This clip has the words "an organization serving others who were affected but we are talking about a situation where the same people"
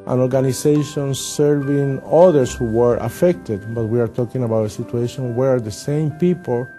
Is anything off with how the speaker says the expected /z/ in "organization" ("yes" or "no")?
yes